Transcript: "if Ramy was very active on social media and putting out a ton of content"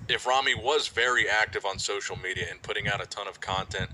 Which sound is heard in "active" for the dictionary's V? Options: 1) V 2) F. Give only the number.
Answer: 1